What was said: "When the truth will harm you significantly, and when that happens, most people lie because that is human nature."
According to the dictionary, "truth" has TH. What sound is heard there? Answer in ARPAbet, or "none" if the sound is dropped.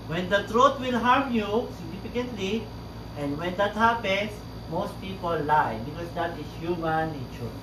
T